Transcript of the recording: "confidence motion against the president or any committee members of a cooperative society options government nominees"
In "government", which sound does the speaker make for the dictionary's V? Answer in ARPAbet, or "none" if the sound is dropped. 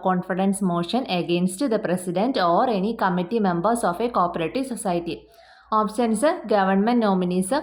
V